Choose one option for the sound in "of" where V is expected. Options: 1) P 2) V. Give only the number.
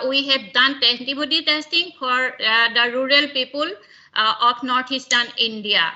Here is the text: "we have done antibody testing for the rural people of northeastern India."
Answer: 1